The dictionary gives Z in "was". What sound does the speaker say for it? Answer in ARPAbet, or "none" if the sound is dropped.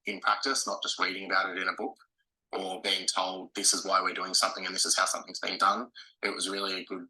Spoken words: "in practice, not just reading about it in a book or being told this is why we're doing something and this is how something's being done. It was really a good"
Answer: Z